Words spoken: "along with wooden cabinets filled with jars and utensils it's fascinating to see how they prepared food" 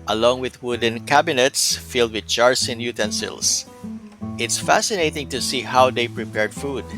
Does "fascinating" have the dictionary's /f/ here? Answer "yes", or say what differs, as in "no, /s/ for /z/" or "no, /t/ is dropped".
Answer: yes